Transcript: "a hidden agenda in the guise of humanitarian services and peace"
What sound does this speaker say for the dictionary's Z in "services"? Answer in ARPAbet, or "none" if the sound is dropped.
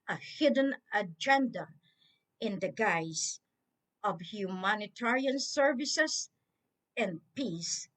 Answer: S